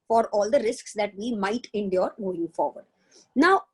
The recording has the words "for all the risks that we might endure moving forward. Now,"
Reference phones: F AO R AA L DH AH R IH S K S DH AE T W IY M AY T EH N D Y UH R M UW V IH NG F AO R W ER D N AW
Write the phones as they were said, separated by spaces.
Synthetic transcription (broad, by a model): F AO R AA L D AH R IH S K S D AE T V IY M AY T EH N D Y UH R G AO IH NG F AO R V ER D N AW